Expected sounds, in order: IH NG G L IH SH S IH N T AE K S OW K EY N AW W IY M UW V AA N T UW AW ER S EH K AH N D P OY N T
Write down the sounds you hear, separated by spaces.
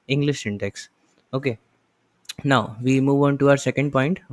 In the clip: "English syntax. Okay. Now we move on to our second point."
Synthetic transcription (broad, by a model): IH NG G L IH SH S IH N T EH K S OW K EY N AW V IY M UW V AA N T UW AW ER S EH K AH N D P OY N T